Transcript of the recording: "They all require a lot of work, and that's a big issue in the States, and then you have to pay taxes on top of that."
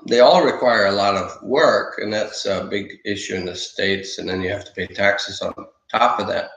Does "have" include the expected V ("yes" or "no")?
no